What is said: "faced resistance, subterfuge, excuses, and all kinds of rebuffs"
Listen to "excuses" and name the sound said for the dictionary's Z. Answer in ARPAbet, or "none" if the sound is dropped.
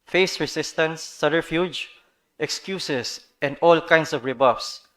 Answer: S